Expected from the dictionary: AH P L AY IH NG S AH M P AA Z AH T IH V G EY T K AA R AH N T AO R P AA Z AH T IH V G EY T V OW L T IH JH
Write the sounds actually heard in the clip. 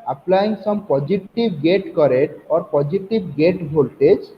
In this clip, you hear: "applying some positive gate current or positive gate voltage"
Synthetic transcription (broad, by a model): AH P L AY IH NG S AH M P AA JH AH T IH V G EY T K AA R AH T AO R P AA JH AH T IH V G EY T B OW L T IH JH